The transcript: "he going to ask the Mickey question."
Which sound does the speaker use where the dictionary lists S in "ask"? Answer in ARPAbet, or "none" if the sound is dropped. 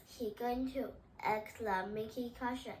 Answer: none